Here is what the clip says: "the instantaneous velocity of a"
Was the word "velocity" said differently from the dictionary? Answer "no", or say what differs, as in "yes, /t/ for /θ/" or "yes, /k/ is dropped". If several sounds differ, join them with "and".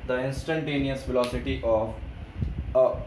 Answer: yes, /f/ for /v/